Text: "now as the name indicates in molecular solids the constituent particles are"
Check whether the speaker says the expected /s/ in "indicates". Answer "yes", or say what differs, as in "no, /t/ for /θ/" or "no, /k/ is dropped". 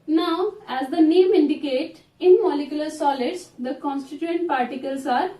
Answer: no, /s/ is dropped